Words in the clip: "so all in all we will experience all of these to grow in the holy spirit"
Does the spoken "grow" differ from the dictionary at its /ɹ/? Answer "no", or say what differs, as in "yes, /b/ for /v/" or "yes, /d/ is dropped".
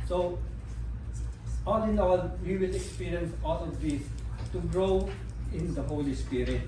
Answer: no